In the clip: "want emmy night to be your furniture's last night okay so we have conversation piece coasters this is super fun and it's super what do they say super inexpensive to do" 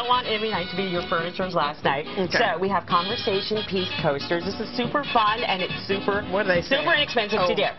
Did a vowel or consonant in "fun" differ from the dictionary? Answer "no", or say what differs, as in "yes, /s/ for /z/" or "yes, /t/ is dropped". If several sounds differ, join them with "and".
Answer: no